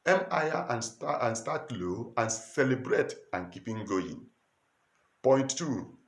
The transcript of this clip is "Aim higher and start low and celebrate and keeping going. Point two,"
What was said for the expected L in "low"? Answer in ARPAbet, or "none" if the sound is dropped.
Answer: L